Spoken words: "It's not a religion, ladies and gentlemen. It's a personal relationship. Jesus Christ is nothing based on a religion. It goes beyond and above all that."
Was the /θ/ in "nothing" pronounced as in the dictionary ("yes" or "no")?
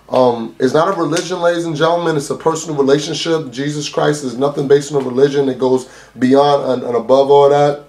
yes